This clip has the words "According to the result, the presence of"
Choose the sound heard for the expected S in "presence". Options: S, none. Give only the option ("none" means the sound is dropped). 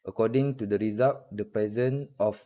none